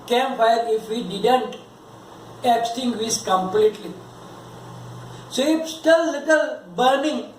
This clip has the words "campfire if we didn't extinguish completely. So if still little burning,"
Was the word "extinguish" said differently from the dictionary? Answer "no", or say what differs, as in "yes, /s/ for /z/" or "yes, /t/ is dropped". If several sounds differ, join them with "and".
yes, /s/ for /ʃ/